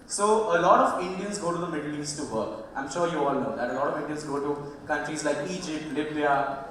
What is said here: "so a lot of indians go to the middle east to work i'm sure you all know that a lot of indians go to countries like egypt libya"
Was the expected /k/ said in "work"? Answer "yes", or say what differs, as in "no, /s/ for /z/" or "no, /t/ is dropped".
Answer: no, /k/ is dropped